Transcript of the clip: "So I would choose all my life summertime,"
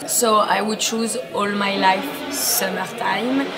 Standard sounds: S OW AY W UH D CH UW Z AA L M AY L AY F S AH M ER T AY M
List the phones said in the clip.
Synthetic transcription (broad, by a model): S OW AY W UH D CH UW Z AA L M AY L AY F S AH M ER T AY M